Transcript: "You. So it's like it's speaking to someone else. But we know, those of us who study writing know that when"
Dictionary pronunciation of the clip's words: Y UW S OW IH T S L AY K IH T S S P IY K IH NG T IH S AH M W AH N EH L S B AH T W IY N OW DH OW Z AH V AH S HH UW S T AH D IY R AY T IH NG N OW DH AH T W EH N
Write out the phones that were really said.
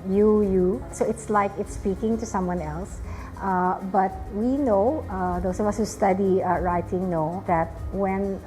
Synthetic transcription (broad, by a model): Y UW S OW IH T S L AY K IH T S S P IY K IH NG T IH S AH M W AH N EH L S B AH T W IY N OW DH OW S AH V AH S HH UW S T AH D IY R AY T IH NG N OW DH AH T W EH N